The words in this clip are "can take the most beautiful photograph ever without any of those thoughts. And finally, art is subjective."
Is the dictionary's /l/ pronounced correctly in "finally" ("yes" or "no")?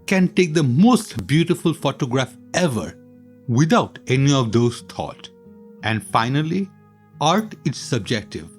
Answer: yes